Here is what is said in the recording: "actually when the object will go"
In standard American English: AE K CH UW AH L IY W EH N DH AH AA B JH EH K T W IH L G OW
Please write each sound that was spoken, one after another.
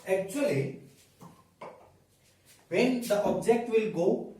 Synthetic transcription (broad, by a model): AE K CH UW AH L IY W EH N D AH AA B JH EH K T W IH L G OW